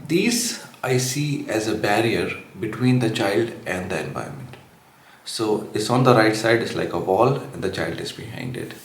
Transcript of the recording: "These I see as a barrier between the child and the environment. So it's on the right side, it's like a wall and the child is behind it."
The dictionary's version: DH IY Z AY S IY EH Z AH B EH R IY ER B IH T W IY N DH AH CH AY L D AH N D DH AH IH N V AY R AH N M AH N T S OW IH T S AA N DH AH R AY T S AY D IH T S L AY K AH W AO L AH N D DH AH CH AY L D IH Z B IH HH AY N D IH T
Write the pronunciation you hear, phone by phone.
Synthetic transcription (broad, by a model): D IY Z AY S IY EH Z AH B EH R IY ER B IH T W IY N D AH CH AY L D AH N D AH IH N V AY AH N M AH N T S OW IH T S AA N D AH R AY T S AY D IH T S L AY K AH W AO L AH N D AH CH AY L D IH Z B IH HH AY N D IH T